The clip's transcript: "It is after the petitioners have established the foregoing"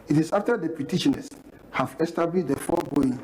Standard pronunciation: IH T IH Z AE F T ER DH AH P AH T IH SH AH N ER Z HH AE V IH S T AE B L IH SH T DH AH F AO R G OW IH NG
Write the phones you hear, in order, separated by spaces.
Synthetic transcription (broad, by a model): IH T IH S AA F T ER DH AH P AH T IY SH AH N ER S HH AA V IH S T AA B L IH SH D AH F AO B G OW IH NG